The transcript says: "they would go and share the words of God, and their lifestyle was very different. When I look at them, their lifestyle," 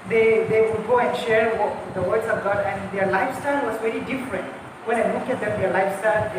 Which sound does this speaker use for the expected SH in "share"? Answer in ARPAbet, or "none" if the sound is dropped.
SH